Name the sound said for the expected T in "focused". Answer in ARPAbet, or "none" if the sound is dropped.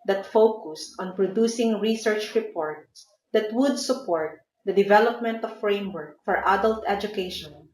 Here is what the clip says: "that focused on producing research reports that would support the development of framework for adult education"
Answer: T